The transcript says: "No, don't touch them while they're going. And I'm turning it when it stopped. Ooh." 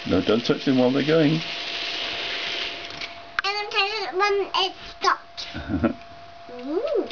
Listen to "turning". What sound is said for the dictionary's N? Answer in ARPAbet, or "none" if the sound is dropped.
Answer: none